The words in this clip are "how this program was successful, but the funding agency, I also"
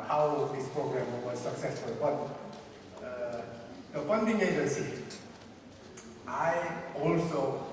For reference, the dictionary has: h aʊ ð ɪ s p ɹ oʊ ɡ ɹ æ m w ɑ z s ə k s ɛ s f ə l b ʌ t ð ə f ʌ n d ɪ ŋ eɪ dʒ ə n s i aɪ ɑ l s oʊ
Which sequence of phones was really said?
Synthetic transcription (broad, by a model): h aʊ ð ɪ s p ɹ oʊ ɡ ɹ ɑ m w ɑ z s ə k s ɛ s f ə l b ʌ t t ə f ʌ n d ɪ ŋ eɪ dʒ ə s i aɪ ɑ l s oʊ